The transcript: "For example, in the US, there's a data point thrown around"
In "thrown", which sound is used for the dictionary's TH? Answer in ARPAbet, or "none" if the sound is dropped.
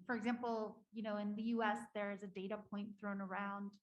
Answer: TH